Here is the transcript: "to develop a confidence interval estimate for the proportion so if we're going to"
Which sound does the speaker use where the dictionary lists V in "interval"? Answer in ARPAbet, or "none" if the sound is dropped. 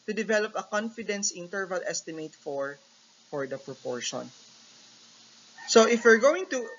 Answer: V